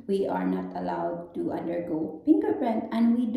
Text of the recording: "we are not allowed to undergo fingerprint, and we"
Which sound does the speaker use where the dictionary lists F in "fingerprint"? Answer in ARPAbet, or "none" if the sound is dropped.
P